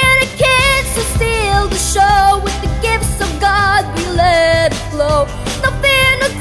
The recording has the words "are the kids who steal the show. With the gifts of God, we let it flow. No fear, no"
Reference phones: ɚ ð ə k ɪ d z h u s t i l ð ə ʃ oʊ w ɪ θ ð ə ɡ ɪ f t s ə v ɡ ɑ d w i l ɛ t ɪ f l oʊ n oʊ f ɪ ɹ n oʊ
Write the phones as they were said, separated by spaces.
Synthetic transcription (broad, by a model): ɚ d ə k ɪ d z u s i l ð ə ʃ oʊ w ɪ ð ə ɡ ɪ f t s ə v ɡ ɑ d w i l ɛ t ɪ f l oʊ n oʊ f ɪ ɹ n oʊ